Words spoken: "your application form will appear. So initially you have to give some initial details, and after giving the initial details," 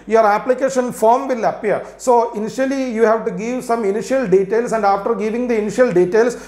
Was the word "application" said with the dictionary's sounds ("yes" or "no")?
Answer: yes